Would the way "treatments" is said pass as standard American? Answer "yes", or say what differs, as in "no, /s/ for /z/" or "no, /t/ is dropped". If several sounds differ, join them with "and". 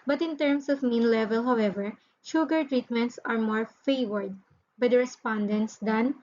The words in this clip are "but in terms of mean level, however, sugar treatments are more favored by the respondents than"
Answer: yes